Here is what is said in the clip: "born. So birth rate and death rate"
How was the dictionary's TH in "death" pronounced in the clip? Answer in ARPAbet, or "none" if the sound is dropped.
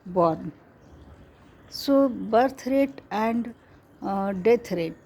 T